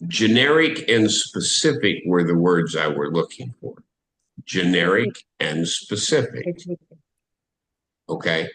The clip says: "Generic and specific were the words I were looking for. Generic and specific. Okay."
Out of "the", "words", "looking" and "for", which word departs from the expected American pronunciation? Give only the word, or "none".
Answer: none